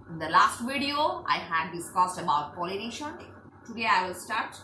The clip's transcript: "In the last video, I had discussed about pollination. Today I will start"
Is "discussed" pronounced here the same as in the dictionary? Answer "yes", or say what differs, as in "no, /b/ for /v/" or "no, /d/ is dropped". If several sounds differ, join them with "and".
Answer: yes